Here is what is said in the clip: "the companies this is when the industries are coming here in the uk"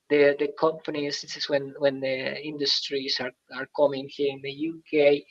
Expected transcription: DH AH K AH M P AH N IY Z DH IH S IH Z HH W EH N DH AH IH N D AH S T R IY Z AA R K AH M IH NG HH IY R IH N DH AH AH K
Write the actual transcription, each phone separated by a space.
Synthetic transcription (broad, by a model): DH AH K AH M P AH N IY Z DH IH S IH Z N W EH N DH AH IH N D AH S T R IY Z AA R K AH M IH NG HH IY R IH N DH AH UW K